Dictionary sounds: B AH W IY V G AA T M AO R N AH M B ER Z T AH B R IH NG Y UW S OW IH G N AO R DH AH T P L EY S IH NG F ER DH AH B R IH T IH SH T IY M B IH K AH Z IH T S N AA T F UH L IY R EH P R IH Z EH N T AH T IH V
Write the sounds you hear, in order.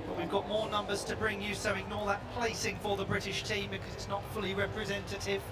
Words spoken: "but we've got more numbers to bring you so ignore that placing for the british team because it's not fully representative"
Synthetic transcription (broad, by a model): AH W IY V G AA T M AO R N AH M B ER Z T AH B R IH NG Y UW S OW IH G N AO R DH AH T P L EY S IH NG F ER DH AH B R IH T IH SH T IY M B IH K AH Z IH T S N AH T F UH L IY R EH P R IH Z EH N T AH T IH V